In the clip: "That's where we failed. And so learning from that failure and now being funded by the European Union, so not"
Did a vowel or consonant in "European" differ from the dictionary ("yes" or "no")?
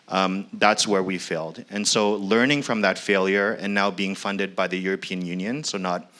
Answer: no